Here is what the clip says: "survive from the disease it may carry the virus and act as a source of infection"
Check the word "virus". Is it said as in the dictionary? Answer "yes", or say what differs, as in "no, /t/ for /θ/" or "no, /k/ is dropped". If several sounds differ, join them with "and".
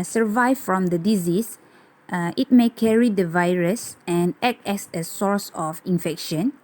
yes